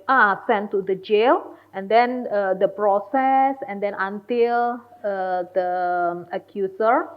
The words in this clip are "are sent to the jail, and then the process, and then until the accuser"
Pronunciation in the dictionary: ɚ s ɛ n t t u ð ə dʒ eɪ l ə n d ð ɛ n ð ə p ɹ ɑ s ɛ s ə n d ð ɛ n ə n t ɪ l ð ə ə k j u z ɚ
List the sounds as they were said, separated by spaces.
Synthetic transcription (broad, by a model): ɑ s ɛ n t t u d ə dʒ eɪ l ə n d ɛ n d ə p ɹ ɑ s ɛ s ə n d ɛ n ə n t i l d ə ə k j u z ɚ